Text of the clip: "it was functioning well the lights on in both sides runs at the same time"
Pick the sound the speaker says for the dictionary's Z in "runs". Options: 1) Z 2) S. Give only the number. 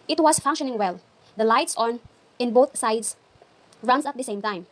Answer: 2